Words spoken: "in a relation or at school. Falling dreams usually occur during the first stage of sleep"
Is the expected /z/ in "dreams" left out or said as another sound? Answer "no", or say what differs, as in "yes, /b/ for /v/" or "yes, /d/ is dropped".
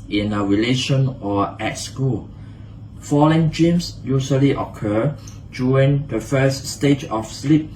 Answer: yes, /s/ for /z/